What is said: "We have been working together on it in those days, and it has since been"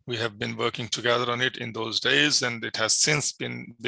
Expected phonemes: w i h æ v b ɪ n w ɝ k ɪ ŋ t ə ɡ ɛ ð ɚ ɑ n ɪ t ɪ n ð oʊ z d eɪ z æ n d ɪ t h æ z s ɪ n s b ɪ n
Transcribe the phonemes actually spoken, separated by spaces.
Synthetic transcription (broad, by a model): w i h æ v b ɪ n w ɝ k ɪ ŋ t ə ɡ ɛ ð ɚ ɑ n ɪ t ɪ n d oʊ z d eɪ z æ n d ɪ t h æ z s ɪ n s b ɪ n